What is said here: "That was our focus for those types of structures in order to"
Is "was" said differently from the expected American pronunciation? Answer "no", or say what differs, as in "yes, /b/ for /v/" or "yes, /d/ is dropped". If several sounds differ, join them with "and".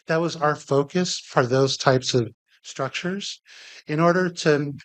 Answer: no